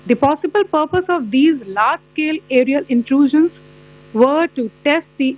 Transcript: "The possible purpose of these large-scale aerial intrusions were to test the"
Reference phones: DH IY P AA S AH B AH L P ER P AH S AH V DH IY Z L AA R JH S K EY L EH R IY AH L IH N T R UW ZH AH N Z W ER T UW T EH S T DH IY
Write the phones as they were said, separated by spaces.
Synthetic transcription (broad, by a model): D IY P AA S AH B AH L P ER P AH S AH V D IY Z L AA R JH S K EY L EH R IY AH L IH N T R UW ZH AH N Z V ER T UW T EH S T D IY